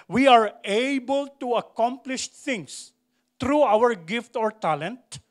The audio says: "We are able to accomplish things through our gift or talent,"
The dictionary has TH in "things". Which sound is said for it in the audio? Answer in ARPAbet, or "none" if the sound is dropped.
T